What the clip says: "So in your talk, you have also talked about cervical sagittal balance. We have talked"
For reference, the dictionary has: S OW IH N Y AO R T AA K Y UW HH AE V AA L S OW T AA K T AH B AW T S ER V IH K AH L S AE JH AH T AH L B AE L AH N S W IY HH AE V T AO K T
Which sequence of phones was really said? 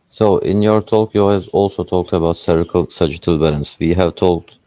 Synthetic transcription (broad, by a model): S OW IH N Y AO R T AA K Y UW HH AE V AA L S OW T AA K T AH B AW T S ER IH K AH L S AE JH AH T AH L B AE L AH N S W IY HH AE V T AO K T